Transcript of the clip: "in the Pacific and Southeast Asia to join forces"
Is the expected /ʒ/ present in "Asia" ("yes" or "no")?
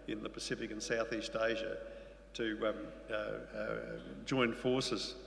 yes